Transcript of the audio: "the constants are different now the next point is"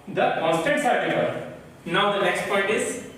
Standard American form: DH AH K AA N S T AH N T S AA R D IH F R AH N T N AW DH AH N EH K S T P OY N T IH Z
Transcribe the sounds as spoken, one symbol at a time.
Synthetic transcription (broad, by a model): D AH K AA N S T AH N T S AA R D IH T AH T N AW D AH N EH K S T P OY N T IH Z